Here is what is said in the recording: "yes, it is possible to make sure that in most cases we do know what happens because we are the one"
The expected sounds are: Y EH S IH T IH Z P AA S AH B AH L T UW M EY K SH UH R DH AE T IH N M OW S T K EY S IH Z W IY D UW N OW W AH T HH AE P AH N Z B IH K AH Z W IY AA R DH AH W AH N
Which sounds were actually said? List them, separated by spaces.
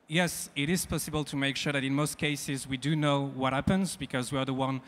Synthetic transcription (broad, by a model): Y EH S IH T IH Z P AA S AH B AH L T UW M EY K SH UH R DH AE T IH N M OW S T K EY S IH Z W IY D UW N OW W AH T HH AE P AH N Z B IH K AH Z W IY AA R DH AH W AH N